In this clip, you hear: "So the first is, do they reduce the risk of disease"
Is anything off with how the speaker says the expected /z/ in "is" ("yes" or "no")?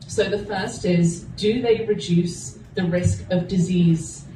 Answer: no